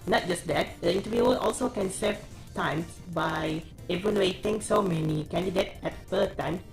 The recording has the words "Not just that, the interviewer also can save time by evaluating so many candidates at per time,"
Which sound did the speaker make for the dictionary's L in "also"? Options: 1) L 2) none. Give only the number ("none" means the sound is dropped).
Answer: 1